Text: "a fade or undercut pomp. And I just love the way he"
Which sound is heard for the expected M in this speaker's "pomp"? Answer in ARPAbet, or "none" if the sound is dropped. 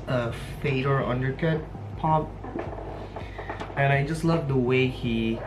none